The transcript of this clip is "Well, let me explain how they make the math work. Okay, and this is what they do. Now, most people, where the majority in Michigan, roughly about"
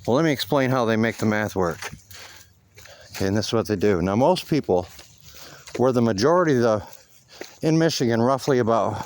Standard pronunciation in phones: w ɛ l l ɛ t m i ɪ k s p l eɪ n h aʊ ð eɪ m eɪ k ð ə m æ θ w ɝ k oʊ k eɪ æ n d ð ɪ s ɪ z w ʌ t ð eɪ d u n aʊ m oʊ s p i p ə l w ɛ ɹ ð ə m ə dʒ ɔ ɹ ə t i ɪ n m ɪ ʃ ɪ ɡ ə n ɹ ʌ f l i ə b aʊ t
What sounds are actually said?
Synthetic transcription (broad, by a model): w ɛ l l ɛ t m i ɪ k s p l eɪ n h aʊ ð eɪ m eɪ k ð ə m æ θ w ɝ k k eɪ n ð ɪ s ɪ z w ʌ t ð eɪ d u n aʊ m oʊ s p i p l w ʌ ɹ ð ə m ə dʒ ɔ ɹ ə t i ɪ n m ɪ ʃ ɪ ɡ ə n ɹ ʌ f l i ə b aʊ t